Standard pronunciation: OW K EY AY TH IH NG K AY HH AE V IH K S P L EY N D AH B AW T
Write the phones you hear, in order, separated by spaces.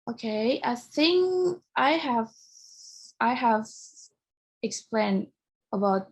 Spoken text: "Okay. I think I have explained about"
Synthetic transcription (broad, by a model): OW K EY AY TH IH NG K AY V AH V IH K S P L EY N D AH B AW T